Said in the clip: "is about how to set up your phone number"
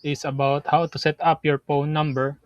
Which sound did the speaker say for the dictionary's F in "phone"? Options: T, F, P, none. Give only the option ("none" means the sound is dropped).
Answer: P